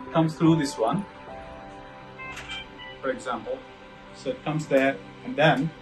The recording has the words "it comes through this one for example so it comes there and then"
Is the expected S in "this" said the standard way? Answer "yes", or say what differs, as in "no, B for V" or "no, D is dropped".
yes